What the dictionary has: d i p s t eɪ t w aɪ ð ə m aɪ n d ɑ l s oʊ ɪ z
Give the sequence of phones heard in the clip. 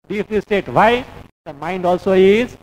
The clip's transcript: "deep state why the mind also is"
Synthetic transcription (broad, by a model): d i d s t eɪ t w aɪ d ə m aɪ n d ɑ l s oʊ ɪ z